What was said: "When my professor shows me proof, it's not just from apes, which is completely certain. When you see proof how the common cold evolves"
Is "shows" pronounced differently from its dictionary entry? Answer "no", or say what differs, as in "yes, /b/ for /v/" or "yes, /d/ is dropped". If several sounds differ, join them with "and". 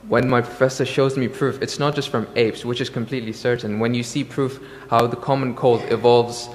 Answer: no